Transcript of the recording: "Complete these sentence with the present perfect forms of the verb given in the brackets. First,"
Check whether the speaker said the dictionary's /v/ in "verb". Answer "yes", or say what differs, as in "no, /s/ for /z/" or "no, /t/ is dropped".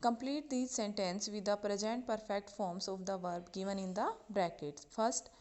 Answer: yes